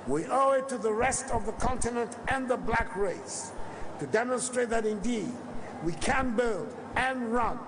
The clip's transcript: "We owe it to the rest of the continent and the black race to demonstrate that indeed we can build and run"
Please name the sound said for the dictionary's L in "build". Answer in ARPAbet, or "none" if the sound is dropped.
L